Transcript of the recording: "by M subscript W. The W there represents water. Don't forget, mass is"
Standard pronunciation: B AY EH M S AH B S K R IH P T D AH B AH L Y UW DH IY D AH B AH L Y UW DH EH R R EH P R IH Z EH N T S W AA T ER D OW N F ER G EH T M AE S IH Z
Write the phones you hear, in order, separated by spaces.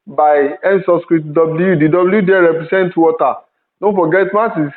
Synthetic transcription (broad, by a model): B AY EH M S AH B S K R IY T D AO B L Y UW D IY D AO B L Y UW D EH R R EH P R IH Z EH N T W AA T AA D OW N F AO G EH T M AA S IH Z